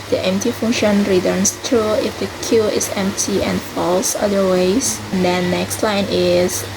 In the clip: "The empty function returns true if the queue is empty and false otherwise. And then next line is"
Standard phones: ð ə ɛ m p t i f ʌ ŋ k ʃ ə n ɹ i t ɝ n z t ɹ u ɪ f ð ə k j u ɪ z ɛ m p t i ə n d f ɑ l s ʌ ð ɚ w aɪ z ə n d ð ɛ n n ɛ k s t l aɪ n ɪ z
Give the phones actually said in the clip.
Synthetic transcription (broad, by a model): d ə ɛ m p t i f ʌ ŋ ʃ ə n ɹ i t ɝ n s t ɹ u ɪ f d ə k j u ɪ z ɛ m p t i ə n f ɑ l s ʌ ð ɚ w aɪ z ə n d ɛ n n ɛ k s t l aɪ n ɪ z